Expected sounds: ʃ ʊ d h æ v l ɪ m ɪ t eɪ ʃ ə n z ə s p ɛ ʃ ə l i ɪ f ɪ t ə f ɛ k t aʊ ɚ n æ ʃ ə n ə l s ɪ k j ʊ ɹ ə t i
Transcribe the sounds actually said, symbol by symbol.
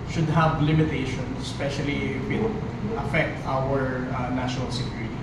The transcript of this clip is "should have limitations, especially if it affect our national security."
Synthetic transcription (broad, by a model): ʃ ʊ d h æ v l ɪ m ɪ t eɪ ʃ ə n ə s p ɛ ʃ ə l i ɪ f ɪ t ə f ɛ k t aʊ ɚ n æ ʃ ə n ə l s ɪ k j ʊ ɹ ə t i